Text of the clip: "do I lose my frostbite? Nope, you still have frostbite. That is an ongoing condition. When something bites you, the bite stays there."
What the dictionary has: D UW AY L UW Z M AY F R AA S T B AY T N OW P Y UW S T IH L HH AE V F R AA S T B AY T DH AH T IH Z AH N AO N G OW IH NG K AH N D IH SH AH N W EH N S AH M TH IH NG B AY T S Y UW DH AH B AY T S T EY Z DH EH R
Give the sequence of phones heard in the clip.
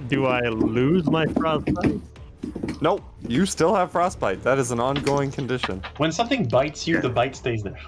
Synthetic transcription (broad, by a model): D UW AY L UW Z M AY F R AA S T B AY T N OW Y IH S T IH L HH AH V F R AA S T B AY T DH AH T IH Z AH N AO N G OW IH NG K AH N D IH SH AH N W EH N S AH M TH IH NG B AY T S Y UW DH AH B AY T S T EY Z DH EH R